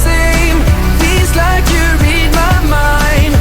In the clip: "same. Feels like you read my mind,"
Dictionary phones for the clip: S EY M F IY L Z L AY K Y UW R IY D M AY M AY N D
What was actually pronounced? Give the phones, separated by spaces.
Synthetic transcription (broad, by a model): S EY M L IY Z L AY K Y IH R IY D M AY M AY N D